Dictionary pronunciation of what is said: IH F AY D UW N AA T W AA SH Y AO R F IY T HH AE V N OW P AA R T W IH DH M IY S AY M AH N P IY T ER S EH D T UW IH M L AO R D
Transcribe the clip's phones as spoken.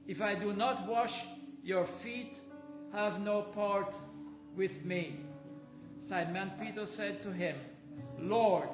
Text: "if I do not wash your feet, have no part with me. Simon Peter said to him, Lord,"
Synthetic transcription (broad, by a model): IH F AY D UW N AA T W AA SH Y AO R F IY T HH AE V N OW P AA R T W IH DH M IY S AY M AH N P IY T ER S EH D T UW IH M L AO R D